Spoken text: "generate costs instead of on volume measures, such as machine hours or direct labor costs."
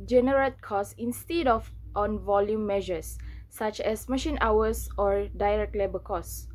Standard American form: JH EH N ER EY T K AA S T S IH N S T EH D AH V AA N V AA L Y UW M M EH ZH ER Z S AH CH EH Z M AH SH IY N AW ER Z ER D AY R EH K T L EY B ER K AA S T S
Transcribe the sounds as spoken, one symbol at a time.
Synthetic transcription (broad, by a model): JH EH N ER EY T K AA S S IH N S T EH D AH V AA N V AA L Y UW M M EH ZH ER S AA CH EH S M AH SH IY N AW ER S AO D AY R EH K T L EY B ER K AA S S